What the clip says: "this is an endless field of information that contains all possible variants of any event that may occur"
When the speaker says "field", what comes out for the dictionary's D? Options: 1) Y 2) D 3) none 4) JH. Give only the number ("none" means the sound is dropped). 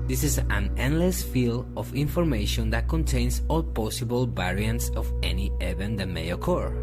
3